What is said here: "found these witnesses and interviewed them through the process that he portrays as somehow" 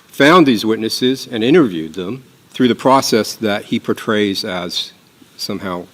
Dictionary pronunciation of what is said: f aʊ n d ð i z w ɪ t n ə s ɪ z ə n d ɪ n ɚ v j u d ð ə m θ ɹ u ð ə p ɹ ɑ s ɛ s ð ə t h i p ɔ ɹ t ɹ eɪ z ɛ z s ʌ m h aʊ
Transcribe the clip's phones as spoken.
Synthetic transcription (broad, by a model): f aʊ n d ð i z w ɪ t n ə s ɪ z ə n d ɪ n ɚ v j u d ð ə m θ ɹ u ð ə p ɹ ɑ s ɛ s ð ə t h i p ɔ ɹ t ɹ eɪ z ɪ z s ʌ m h aʊ